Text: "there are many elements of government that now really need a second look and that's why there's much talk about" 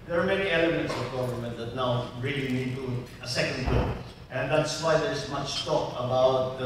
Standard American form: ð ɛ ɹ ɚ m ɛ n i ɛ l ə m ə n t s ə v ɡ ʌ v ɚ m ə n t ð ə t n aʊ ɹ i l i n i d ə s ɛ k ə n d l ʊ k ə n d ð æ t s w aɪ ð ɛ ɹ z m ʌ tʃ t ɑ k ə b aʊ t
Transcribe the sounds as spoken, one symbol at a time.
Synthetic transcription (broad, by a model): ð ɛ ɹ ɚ m ɛ n i ɛ l ə m ə n t s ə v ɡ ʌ v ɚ m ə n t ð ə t n aʊ ɹ i l i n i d ə s ɛ k ə n d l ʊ ə n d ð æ t s w aɪ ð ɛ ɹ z m ʌ tʃ t ɑ k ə b aʊ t